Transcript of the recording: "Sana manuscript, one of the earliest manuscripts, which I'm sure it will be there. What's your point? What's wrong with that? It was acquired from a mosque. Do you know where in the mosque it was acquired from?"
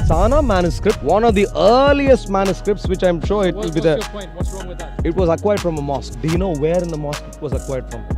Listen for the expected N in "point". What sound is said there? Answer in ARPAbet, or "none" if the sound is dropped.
none